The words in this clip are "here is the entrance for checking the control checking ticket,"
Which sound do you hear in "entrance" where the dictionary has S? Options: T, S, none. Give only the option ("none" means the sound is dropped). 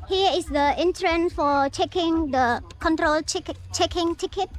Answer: none